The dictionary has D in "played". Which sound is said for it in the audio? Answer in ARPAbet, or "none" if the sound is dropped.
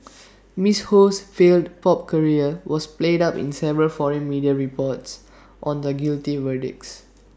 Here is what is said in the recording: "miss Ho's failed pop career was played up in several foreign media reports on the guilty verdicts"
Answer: D